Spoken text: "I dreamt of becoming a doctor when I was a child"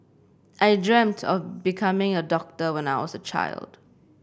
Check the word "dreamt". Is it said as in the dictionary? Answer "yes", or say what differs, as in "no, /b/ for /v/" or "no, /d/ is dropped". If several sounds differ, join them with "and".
yes